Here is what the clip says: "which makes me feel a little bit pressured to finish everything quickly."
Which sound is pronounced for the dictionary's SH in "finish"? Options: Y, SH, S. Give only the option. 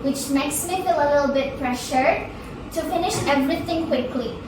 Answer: SH